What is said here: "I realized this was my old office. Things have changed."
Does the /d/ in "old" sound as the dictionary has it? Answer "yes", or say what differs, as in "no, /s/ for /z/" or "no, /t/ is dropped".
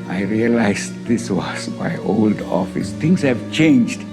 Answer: yes